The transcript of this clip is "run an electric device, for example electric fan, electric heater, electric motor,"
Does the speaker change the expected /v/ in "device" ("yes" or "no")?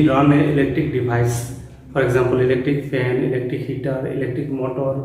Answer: yes